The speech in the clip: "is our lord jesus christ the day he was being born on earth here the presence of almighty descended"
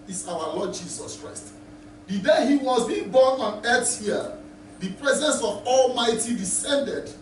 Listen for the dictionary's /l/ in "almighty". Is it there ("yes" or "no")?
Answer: yes